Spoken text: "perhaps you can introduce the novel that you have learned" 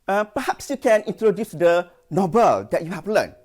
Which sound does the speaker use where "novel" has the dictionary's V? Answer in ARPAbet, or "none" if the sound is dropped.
B